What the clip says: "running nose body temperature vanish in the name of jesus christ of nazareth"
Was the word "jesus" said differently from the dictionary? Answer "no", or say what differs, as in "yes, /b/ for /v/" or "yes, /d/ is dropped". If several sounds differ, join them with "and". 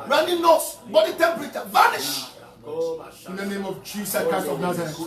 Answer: yes, /s/ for /z/ and /s/ is dropped